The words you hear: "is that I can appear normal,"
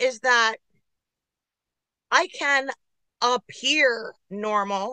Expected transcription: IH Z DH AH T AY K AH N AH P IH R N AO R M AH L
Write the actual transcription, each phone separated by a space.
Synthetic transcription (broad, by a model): IH Z DH AH T AY K AH N AH P IH R N AO R M L